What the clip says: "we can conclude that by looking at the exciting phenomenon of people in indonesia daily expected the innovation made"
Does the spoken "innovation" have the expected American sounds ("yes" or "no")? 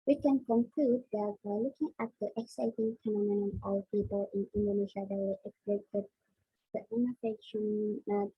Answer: no